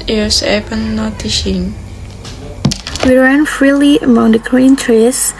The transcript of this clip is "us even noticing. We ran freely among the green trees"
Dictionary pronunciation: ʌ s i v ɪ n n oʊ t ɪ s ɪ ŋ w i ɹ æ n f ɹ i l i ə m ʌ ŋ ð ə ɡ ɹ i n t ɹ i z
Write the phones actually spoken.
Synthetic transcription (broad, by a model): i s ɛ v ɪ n n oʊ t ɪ ʃ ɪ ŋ w i ɹ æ n f ɹ i l i ə m ʌ ŋ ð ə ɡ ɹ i n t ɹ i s